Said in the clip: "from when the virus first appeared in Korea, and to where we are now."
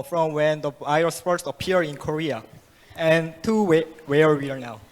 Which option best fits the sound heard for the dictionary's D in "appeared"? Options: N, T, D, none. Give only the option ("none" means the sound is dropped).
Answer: none